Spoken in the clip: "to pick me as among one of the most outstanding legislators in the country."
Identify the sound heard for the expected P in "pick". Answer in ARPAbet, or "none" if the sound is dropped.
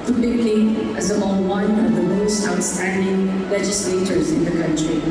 B